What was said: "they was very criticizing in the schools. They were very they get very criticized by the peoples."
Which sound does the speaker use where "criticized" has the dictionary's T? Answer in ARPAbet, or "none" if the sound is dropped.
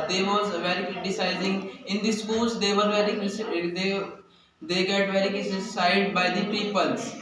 S